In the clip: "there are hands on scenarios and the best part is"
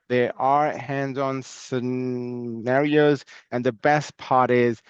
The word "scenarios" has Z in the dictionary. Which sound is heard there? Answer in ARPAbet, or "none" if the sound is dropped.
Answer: Z